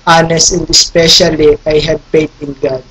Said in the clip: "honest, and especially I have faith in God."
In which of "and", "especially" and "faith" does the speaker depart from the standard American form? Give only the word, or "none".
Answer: faith